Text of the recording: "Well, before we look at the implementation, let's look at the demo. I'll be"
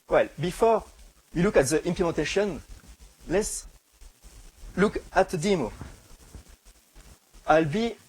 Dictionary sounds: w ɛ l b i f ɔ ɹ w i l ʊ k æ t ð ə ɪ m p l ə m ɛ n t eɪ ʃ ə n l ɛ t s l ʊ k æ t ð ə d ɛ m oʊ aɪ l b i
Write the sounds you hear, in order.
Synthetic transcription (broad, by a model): w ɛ l b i f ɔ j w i l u k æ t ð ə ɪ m p l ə m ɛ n t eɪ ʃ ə n l ɛ t s l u k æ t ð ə d ɛ m oʊ aɪ l b i